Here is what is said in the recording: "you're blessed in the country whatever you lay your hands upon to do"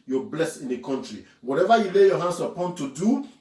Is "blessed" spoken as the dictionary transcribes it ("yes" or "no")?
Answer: no